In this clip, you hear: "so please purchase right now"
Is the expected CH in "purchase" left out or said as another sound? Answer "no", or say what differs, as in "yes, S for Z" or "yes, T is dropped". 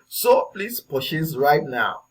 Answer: yes, SH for CH